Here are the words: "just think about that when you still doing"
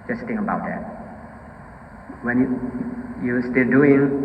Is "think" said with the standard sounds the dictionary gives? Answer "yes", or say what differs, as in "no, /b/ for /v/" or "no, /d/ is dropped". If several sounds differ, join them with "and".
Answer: no, /k/ is dropped